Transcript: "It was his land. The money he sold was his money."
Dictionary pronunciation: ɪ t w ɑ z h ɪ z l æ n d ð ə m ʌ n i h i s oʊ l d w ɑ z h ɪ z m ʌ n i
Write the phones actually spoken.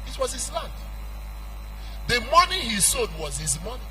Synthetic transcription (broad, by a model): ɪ t w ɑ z h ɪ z l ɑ n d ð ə m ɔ n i h i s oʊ d w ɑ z h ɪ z m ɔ n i